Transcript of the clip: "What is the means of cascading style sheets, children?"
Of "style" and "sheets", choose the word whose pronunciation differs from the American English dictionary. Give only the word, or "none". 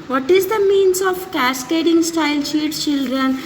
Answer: sheets